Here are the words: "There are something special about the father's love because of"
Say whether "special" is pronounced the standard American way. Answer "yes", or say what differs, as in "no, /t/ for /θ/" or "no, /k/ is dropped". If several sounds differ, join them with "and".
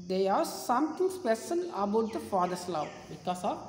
no, /n/ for /l/